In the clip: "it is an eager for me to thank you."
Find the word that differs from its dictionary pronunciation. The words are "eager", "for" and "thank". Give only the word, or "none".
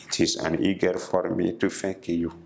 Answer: thank